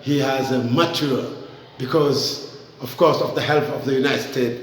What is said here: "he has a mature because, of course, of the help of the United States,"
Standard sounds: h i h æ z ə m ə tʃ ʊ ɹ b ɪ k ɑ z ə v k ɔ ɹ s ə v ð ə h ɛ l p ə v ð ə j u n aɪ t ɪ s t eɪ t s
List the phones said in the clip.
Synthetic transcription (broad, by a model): h i h æ z ə m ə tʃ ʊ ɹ b ɪ k ɑ z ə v k ɔ ɹ s ə v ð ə h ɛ l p ə v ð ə j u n aɪ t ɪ s t eɪ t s